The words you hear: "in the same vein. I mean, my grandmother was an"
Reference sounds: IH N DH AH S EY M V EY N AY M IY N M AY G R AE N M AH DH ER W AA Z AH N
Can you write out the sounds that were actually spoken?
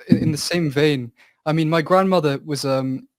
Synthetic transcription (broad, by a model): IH N DH AH S EY M V EY N AY M IY N M AY G R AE N M AH DH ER W AA Z AH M